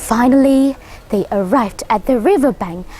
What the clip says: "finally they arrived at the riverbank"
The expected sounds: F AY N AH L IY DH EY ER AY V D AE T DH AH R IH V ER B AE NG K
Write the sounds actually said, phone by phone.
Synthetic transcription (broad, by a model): F AY N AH L IY DH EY ER AY V D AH T DH AH R IH V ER B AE NG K